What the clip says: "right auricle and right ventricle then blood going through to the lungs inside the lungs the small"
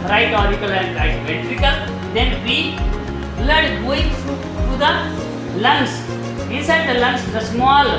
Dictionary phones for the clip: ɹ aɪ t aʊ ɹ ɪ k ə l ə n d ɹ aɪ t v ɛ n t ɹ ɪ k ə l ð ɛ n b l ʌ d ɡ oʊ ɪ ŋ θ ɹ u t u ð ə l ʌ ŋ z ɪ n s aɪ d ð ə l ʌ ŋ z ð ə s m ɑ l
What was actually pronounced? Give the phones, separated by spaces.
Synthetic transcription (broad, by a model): ɹ aɪ t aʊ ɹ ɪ k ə l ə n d ɹ aɪ t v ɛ t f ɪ k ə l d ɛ n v l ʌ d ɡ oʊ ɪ ŋ f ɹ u t u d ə l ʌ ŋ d ɪ n s aɪ d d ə l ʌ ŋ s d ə s m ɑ l